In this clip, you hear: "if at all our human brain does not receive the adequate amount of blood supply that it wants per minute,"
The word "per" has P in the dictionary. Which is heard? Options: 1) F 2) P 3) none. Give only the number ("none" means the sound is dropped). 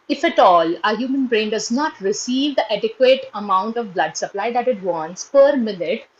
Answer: 2